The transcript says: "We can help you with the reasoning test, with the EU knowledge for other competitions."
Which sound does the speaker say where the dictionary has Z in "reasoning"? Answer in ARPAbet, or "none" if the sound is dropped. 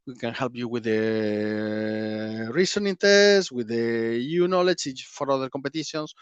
S